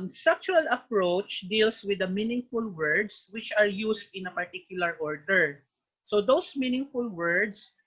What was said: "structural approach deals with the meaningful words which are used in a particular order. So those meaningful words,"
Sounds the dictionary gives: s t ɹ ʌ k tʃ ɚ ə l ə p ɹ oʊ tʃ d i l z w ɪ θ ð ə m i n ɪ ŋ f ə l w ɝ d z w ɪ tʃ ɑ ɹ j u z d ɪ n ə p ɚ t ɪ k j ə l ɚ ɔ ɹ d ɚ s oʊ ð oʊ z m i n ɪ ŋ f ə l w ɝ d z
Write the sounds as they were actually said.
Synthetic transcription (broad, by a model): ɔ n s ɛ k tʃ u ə l ə p ɹ oʊ tʃ d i l s w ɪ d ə m i n ɪ ŋ f ə l w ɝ d s w ɪ tʃ ɑ ɹ j u s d ɪ n ə p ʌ t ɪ k j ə l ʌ ɔ ɹ d ɚ s oʊ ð oʊ s m i n ɪ ŋ f ə l w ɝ d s